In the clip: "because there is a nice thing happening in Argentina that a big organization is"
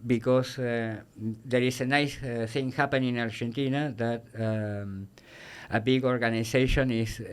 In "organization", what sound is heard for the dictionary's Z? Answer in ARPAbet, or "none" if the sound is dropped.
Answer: S